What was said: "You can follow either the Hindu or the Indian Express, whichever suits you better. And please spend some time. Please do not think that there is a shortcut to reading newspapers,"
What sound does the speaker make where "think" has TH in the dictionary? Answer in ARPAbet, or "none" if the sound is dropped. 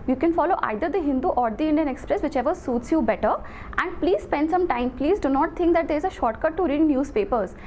T